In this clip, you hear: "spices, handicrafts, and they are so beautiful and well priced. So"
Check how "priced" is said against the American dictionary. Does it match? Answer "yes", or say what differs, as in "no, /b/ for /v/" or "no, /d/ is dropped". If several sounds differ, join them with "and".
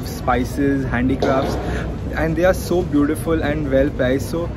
no, /ɹ/ is dropped